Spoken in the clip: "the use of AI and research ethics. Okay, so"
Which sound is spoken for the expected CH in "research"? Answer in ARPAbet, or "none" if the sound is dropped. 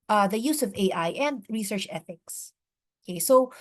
CH